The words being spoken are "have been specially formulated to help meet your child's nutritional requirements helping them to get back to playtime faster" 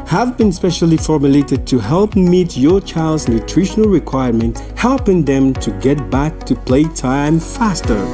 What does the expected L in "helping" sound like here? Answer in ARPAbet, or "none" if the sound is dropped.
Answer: L